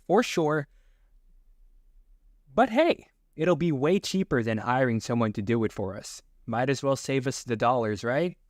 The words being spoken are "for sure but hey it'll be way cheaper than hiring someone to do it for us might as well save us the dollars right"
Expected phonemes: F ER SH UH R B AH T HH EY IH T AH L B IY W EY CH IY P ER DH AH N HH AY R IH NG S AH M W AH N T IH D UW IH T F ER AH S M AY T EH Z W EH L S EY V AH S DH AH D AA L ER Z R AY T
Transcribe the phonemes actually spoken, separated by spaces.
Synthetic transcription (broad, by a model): F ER SH UH R B AH T HH EY IH T L B IY W EY CH IY P ER DH AH N AY R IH NG S AH M W AH N T IH D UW IH T F ER AH S M AY T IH Z W EH L S EY V AH S DH AH D AA L ER Z R AY T